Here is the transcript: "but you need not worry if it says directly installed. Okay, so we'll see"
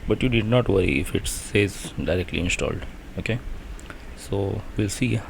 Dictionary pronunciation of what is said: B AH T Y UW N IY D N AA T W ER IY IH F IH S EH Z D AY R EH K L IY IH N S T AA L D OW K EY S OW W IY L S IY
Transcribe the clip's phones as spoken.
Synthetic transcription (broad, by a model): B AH T Y UW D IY D N AA T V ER IY IH F IH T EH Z D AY R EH K L IY IH N S T AA L D OW K EY S OW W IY L S IY